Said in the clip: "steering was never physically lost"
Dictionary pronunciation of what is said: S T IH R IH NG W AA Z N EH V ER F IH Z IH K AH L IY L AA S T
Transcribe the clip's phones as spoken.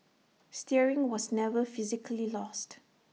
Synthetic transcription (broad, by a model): S T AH R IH NG W AA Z N EH V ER F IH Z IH K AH L IY L AA S T